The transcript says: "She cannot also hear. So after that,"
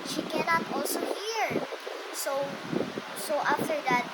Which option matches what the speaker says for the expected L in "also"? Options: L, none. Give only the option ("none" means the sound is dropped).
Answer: L